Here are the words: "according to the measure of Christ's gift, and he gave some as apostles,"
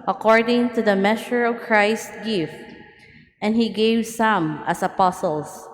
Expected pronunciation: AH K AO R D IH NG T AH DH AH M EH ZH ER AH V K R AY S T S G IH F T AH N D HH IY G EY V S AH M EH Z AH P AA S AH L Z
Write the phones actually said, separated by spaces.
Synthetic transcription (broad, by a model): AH K AO R D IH NG T AH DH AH M EH SH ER AH V K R AY S T G IH F T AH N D HH IY G EY V S AH M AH S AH P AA S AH L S